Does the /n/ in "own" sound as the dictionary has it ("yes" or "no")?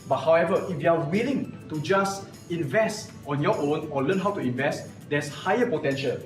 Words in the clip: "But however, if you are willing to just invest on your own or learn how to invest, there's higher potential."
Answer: yes